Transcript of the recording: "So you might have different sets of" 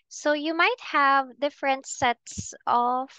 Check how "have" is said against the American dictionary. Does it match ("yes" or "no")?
yes